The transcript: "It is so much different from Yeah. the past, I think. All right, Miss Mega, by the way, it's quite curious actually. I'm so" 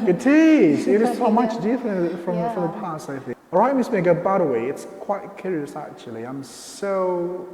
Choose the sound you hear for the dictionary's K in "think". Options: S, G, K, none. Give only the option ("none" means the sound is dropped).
none